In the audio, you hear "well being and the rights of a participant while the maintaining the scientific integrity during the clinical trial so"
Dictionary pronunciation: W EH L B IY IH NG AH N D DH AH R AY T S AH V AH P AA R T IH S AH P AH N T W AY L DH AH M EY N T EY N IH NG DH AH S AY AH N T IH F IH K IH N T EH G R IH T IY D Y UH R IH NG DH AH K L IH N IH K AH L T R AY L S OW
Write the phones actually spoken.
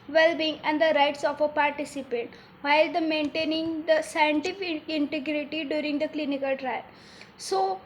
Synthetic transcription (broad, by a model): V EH L B IY IH NG AH N D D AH R AY T S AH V AH P AA R T IH S AH P AH N T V AY L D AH M EY N T EY N IH NG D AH S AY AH N T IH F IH K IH N T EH G R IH T IY D Y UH R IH NG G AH K L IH N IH K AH L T R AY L S OW